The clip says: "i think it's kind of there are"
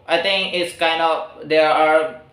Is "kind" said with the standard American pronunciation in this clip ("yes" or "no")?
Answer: yes